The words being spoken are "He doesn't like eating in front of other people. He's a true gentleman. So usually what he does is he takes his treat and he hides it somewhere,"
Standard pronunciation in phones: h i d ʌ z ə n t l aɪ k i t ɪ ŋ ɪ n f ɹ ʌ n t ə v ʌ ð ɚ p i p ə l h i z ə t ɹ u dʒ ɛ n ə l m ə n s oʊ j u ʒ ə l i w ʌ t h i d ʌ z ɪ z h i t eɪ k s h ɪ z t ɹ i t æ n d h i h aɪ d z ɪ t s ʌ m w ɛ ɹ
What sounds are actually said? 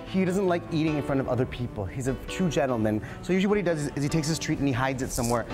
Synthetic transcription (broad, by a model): h i d ʌ z ə n t l aɪ k i t ɪ ŋ ɪ n f ɹ ʌ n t ə v ʌ ð ɚ p i p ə l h i z ə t u dʒ ɛ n l m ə n s oʊ j u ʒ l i w ʌ t h i d ʌ z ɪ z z i t eɪ k s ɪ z t ɹ i t n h i h aɪ d z ɪ t s ʌ m w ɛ ɹ